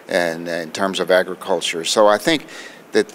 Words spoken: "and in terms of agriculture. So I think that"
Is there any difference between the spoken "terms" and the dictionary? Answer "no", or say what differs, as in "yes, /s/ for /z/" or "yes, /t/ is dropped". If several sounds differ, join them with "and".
no